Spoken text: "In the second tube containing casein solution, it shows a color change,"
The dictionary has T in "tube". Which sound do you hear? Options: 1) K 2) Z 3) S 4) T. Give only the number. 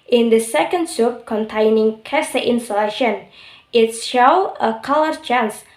3